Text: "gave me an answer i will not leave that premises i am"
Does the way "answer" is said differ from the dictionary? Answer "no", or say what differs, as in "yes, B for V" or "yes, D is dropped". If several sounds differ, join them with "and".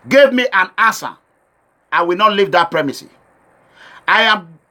yes, N is dropped